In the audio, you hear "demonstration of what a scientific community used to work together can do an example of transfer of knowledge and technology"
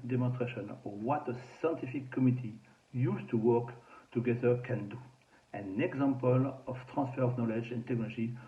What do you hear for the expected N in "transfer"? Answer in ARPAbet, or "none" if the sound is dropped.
none